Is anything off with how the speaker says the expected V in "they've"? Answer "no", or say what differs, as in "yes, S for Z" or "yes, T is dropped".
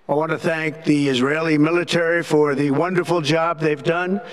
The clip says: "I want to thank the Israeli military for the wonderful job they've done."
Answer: no